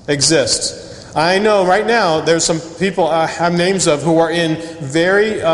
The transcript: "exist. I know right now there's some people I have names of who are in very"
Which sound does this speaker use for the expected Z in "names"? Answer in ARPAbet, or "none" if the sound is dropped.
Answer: Z